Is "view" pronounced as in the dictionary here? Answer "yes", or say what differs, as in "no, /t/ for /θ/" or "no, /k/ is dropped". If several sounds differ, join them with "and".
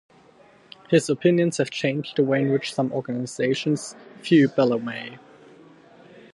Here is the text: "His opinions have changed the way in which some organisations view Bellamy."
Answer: no, /f/ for /v/